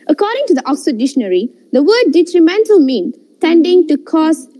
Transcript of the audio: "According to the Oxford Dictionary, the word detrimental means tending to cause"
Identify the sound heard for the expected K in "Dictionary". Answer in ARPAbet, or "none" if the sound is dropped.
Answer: none